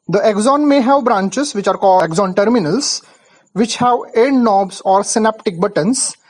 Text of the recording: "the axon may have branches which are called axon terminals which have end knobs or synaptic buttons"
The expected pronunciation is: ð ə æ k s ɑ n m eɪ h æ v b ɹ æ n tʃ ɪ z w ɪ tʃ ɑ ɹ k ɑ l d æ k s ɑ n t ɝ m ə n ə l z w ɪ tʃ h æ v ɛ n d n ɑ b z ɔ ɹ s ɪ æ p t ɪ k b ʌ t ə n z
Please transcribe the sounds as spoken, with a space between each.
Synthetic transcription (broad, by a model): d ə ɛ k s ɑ n m eɪ h æ v b ɹ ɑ n tʃ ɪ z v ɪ tʃ ɑ ɹ k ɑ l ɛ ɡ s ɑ n t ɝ m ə n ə l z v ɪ tʃ h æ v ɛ d n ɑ b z ɔ ɹ s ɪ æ p t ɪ k b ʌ t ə n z